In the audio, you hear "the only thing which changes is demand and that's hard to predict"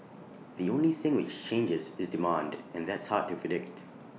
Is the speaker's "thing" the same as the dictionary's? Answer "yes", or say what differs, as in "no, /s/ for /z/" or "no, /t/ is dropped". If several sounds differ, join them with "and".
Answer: yes